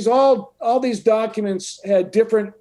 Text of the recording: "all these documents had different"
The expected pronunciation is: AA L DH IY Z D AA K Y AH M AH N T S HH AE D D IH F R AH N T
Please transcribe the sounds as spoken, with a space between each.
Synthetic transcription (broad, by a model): AA L DH IY Z D AA K Y AH M AH N T S HH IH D D IH F R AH N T